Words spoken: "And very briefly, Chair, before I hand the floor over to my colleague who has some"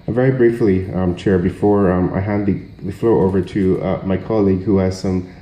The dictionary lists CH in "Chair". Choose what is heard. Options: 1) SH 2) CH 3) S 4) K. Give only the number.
2